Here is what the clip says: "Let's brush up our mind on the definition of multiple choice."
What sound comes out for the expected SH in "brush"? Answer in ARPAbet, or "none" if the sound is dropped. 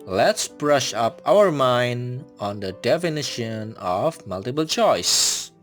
SH